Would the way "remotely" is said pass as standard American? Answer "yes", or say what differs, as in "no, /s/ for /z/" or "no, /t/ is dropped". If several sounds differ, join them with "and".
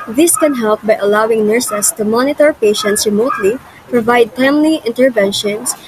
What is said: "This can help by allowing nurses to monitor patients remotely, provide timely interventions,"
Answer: yes